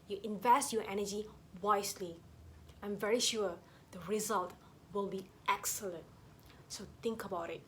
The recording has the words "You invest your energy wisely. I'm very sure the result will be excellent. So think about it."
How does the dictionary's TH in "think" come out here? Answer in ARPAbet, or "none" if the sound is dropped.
T